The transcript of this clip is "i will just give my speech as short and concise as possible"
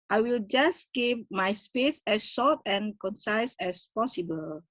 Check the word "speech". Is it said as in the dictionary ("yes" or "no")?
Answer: no